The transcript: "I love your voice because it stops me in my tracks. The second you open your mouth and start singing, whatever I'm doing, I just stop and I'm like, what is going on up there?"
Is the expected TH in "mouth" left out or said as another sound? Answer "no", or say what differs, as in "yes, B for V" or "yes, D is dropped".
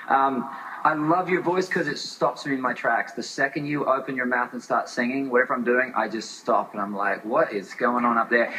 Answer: no